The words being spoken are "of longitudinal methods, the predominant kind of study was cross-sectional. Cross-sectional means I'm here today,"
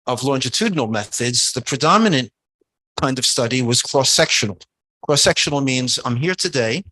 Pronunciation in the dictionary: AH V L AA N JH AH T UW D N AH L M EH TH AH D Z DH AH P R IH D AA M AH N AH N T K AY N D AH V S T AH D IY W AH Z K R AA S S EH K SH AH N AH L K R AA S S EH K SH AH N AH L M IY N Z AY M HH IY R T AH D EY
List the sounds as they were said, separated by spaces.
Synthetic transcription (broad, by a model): AH V L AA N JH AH T UW D N L M EH TH AH D Z DH AH P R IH D AA M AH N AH N K AY N D AH V S T AH D IY W AH Z K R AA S S EH K SH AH N L K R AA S S EH K SH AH N L M IY N Z AY M HH IY R T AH D EY